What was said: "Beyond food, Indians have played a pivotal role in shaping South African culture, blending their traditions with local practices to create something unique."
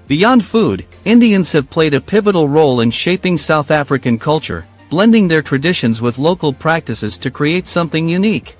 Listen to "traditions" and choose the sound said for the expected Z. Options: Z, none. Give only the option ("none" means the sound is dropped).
Z